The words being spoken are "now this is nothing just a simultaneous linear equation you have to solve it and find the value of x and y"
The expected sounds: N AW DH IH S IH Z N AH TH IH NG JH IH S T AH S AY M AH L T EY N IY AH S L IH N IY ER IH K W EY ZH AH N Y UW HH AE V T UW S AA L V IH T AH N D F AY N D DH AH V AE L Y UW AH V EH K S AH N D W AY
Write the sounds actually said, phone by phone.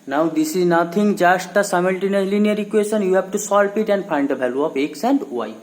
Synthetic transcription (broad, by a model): N AW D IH S IH Z N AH T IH NG JH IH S T AH S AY M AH L T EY N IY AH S L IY N IY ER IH K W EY SH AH N Y UW HH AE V T UW S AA L P IH T AH N D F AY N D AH B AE L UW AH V EH K S AH N D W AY